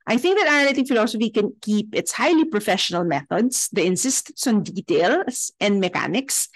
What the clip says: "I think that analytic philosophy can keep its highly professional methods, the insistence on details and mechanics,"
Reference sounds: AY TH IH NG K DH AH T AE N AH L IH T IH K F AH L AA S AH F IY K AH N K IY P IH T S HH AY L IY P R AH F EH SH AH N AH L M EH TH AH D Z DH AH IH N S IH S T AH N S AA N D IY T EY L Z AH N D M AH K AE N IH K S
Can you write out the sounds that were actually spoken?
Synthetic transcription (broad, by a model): AY TH IH NG K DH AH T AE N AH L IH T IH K F AH L AA S AH F IY K AH N K IY P IH T S HH AY L IY P R AH F EH SH AH N AH L M EH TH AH D S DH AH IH N S IH S T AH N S AA N D IY T EY L S AH N D M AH K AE N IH K S